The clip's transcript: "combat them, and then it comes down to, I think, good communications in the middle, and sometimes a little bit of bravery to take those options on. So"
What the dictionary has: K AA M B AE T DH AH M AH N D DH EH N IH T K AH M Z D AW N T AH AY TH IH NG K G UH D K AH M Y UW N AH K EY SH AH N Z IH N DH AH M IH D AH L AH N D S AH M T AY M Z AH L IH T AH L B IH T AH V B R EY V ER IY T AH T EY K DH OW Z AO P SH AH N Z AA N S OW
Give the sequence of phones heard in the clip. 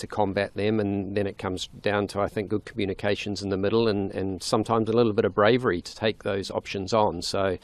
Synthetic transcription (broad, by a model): K AA M B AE T DH AH M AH N DH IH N IH T K AH M Z D AW N T AH AY TH IH NG K G UH D K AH M Y UW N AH K EY SH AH N Z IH N DH AH M IH D L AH N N S AH M T AY M Z AH L IH T L B IH T AH V B R EY V ER IY T AH T EY K DH OW Z AO P SH AH N Z N S OW